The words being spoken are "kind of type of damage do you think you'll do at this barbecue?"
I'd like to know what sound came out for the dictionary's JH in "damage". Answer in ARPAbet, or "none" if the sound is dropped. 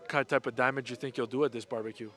JH